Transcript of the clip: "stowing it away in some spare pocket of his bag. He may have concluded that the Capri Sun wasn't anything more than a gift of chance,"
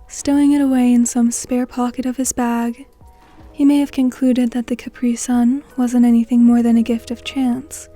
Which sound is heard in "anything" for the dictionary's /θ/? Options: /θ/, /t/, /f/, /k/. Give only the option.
/θ/